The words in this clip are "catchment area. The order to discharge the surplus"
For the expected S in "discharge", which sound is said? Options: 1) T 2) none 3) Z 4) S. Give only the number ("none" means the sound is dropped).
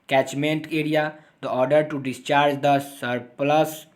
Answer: 4